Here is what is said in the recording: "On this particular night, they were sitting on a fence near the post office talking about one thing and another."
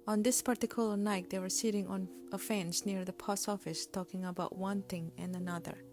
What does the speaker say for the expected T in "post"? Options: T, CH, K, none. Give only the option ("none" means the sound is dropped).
none